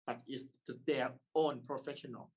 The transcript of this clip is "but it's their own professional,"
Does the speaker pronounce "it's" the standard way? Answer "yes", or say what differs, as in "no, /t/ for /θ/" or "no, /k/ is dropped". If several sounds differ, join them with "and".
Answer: no, /s/ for /t/